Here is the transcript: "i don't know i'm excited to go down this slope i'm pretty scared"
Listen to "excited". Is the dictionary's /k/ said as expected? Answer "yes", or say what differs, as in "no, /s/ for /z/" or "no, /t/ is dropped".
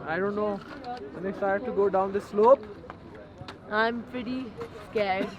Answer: no, /k/ is dropped